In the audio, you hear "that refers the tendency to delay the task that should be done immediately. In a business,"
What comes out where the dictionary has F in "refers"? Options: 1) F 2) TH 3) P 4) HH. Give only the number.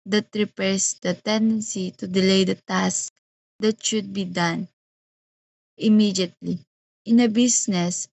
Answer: 3